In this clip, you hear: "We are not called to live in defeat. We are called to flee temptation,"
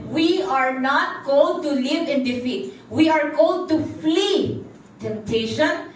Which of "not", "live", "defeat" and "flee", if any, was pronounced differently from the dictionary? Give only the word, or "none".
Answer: none